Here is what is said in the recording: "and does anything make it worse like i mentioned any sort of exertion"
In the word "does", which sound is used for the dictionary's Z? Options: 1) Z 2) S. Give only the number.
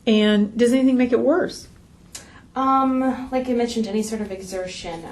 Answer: 1